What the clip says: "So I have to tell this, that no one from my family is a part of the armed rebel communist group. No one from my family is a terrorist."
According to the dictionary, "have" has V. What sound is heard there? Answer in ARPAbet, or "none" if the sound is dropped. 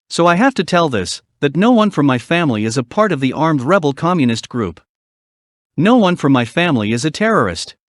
F